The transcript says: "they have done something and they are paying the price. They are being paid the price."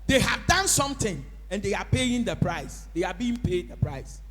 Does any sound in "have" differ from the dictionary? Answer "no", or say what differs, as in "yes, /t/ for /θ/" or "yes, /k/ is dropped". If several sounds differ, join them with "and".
no